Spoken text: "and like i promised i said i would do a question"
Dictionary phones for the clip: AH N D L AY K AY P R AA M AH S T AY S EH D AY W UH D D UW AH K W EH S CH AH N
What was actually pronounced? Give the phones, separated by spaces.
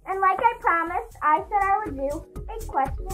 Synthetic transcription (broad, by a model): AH N L AY K AY P R AA M AH S T AY S EH D AY W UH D D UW AH K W EH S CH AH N